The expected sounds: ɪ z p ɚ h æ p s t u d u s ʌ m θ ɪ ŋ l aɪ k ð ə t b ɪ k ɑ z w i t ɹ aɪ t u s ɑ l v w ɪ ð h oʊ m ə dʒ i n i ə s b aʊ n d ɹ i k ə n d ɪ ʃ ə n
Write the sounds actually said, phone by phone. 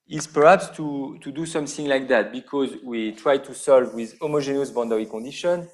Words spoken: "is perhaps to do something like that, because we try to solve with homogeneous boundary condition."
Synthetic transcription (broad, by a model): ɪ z p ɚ h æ p s t u d u s ʌ m θ ɪ ŋ l aɪ k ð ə t b ɪ k ɑ z w i t ɹ aɪ t u s ɑ l v w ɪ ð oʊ m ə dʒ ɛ n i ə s b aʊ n d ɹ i k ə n d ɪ ʃ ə n